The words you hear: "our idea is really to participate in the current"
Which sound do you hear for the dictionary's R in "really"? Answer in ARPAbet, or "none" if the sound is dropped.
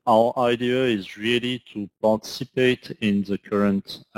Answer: R